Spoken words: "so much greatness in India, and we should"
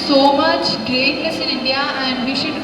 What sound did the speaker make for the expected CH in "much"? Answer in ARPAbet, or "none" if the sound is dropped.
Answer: CH